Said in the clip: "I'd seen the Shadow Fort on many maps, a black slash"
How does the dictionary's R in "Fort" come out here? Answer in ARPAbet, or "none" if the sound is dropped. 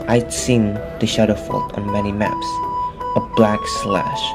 L